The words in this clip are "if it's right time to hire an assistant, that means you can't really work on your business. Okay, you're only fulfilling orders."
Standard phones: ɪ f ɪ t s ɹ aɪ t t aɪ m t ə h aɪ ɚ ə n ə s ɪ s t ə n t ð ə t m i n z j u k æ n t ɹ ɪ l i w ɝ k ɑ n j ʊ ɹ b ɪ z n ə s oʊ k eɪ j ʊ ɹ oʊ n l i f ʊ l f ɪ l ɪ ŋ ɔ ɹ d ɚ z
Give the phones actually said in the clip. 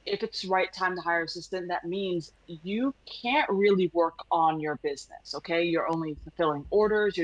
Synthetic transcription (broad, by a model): ɪ f ɪ t s ɹ aɪ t t aɪ m t ə h aɪ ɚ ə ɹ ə s ɪ s t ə n ð ə t m i n z j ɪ k æ n t ɹ ɪ l i w ɝ k n j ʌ ɹ b ɪ z n ə s oʊ k eɪ j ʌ ɹ oʊ n l i f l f ɪ l ɪ ŋ ɔ ɹ d ɚ z